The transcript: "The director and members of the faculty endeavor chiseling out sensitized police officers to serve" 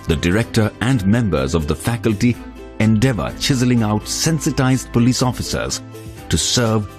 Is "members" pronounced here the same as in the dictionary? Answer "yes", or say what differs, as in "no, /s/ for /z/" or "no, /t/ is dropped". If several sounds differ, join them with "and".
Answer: yes